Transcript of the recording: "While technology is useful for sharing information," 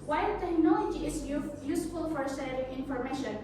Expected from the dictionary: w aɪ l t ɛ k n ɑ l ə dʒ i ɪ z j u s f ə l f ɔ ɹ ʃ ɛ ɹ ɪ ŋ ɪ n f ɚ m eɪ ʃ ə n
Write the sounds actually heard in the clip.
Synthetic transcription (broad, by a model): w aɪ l t ɛ k n ɑ l ə dʒ i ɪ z j u s f ə l f ɔ ɹ s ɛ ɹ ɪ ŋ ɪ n f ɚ m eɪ ʃ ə n